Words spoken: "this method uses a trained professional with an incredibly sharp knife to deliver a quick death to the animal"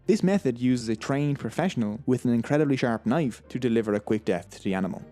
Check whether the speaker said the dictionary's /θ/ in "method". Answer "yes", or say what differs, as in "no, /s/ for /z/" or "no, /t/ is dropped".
yes